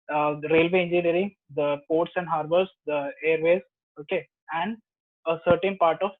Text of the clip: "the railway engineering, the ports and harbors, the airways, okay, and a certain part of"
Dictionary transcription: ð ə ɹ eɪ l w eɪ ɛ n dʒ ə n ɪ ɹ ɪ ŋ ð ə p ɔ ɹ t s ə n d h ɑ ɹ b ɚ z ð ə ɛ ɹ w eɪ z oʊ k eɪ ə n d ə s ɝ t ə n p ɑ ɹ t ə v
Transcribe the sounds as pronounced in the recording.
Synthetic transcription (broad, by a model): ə ɹ eɪ l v eɪ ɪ n dʒ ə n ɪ ɹ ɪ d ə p ɔ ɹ t s ə n d h ɑ ɹ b ɚ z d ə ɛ ɹ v eɪ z oʊ k eɪ ə n d ə s ɝ t ə n p ɑ ɹ t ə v